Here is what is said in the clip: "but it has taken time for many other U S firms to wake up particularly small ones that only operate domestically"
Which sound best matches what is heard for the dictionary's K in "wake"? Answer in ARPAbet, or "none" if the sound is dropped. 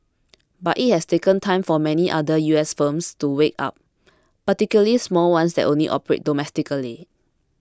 K